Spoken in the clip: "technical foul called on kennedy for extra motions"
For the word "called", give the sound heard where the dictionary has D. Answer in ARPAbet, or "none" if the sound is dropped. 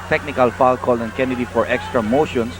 none